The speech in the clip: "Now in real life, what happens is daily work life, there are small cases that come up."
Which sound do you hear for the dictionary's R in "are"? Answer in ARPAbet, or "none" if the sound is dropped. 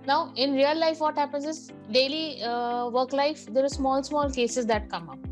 L